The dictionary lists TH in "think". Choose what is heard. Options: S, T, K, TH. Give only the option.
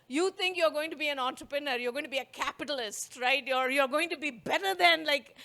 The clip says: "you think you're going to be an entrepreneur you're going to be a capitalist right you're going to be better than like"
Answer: T